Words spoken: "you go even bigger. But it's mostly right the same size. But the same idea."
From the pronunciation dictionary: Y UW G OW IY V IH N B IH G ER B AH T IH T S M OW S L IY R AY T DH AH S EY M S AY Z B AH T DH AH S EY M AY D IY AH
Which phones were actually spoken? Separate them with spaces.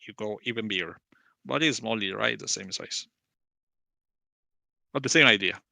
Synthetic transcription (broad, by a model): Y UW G OW IY V IH N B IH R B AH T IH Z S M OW L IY R AY T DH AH S EY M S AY S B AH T DH AH S EY M AY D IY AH